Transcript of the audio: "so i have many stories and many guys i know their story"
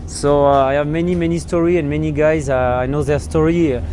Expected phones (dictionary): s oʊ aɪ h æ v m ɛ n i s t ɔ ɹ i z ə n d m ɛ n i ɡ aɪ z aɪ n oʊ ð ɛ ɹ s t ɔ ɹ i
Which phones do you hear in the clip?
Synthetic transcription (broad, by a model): s oʊ aɪ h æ v m ɛ n i s t ɔ ɹ i ə n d m ɛ n i ɡ aɪ z aɪ n oʊ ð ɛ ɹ s t ɔ ɹ i